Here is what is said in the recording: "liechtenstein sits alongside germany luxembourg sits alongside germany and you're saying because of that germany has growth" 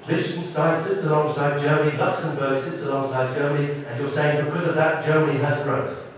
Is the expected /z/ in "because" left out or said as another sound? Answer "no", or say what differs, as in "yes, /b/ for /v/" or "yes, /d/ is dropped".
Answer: no